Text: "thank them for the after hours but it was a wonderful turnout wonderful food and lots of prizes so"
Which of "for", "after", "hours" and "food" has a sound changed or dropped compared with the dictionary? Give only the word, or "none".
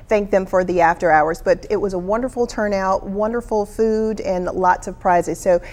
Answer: none